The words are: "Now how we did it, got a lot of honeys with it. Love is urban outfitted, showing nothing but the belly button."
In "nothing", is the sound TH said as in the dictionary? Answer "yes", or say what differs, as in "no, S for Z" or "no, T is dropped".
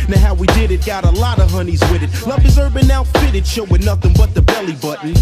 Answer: yes